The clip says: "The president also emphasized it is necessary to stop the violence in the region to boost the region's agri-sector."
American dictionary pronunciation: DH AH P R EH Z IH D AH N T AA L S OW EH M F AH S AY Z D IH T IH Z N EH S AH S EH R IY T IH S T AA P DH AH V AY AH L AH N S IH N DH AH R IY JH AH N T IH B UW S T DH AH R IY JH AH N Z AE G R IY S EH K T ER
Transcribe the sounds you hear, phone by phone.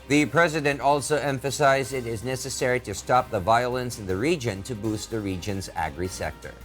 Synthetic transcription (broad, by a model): DH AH P R EH Z IH D AH N T AA L S OW EH M F AH S AY Z D IH T IH Z N EH S AH S EH R IY T IH S T AA P DH AH V AY AH L AH N S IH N DH AH R IY JH AH N T IH B UW S T DH AH R IY JH AH N Z AE G R IY S EH K T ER